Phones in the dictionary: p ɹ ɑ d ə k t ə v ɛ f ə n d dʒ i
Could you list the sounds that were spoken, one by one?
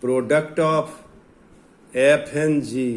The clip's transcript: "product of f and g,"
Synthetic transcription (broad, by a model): p ɹ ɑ d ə k t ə p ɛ p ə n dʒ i